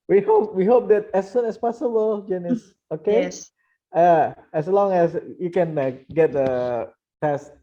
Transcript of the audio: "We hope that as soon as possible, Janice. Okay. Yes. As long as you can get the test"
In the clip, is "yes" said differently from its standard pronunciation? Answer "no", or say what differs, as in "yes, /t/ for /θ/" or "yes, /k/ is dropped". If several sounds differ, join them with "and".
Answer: yes, /s/ is dropped